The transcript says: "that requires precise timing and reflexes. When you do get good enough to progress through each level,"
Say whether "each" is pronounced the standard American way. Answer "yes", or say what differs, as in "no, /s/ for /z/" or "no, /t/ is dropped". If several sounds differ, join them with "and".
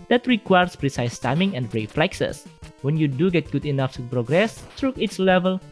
no, /s/ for /tʃ/